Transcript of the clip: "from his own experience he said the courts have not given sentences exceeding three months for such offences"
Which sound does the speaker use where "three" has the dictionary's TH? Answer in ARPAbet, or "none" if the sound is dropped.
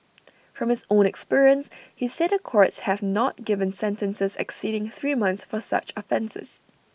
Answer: TH